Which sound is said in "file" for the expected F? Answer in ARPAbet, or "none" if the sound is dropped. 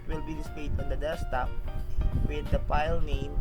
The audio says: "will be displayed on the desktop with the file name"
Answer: P